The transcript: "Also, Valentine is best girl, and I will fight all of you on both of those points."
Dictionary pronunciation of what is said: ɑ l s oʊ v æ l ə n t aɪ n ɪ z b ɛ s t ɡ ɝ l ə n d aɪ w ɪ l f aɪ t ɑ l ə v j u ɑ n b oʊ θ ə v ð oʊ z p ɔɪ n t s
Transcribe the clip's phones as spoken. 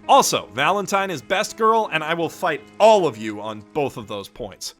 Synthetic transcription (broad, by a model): ɑ l s oʊ v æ l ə n t aɪ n ɪ z b ɛ s t ɡ ɝ l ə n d aɪ w ɪ l f aɪ t ɑ l ə v j u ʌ n b oʊ θ ə v ð oʊ z p ɔɪ n t s